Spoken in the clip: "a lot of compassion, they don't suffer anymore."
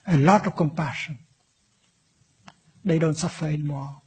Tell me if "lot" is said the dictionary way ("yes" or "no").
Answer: yes